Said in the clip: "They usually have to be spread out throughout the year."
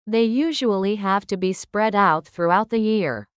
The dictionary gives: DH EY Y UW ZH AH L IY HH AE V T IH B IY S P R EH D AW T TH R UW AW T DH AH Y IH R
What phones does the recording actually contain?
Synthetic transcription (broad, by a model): DH EY Y UW ZH AH L IY HH AE V T IH B IY S P R EH D AW T TH R UW AW T DH AH Y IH R